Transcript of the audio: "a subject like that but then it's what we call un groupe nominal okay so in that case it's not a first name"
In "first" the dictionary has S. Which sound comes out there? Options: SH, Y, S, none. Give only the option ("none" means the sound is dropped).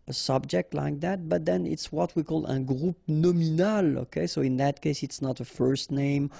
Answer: S